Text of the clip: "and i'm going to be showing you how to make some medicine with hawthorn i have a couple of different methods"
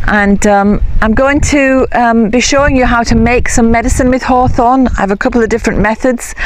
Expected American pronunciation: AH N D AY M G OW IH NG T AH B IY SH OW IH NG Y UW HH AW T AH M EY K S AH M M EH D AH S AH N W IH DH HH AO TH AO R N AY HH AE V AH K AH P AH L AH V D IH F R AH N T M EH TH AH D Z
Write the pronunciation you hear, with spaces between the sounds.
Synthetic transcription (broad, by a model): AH N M AY M G OW IH NG T AH B IY SH OW IH NG Y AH HH AW T AH M EY K S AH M M EH D AH S AH N W IH DH HH AO TH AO N AY V AH K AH P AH L AH V D IH F R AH N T M EH TH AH D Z